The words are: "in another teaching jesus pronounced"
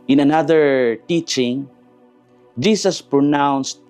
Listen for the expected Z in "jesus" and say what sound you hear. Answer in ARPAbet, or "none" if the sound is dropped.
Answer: S